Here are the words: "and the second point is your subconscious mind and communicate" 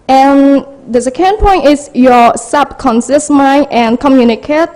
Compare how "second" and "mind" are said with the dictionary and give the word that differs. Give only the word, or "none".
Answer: mind